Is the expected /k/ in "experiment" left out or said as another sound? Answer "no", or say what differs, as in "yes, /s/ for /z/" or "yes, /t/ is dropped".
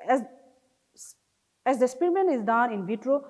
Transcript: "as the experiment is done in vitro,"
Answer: yes, /k/ is dropped